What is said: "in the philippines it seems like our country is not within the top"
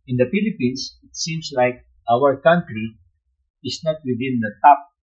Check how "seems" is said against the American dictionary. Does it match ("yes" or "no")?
no